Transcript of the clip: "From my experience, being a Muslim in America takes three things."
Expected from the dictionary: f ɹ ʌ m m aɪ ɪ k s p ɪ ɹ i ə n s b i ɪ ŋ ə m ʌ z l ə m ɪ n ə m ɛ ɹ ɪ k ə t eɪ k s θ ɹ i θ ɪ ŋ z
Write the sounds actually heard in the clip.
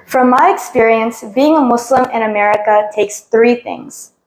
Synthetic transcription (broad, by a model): f ɹ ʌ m m aɪ ɪ k s p ɪ ɹ i ə n s b i ɪ ŋ ə m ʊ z l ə m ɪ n ə m ɛ ɹ ɪ k ə t eɪ k s θ ɹ i θ ɪ ŋ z